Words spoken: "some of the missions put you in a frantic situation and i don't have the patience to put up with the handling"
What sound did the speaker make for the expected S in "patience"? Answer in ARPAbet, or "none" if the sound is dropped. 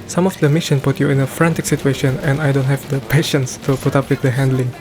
S